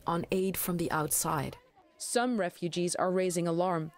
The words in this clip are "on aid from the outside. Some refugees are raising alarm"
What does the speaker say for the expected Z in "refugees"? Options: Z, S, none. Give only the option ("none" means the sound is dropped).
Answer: Z